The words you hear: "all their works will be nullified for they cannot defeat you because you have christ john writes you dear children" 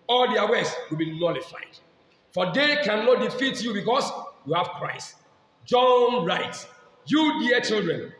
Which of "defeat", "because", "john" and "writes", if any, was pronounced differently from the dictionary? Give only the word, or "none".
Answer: because